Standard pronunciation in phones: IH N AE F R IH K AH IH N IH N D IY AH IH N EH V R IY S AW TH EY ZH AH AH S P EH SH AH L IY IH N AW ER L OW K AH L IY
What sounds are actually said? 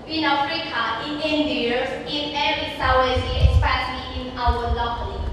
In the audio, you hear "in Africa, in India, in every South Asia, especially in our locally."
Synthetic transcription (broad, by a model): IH N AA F R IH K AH IH N IH N D IY AH IH N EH R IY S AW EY Z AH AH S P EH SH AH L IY IH N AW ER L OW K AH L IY